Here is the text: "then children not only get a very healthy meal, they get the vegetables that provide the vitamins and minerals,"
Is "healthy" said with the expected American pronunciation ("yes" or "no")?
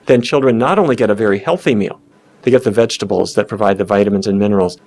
yes